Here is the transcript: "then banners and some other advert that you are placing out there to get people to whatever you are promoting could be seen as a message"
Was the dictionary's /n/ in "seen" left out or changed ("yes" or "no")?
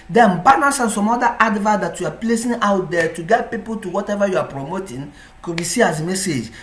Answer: yes